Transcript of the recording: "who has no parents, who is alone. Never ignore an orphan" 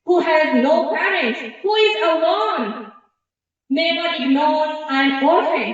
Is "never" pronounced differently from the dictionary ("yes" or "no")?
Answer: yes